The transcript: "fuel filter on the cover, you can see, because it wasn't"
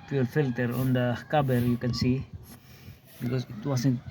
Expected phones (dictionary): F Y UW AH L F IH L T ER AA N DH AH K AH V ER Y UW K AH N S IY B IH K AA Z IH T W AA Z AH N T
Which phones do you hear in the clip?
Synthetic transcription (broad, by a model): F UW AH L F IH L T ER AA N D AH K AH B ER Y UW K AH N S IY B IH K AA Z IH T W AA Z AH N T